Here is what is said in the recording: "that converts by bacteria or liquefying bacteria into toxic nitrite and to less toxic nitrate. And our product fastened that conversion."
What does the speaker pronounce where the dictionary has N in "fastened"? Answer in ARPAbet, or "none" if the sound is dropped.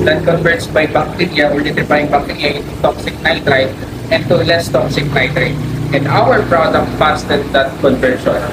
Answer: none